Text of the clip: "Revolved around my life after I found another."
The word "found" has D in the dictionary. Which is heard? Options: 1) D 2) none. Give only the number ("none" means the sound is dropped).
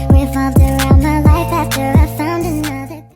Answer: 1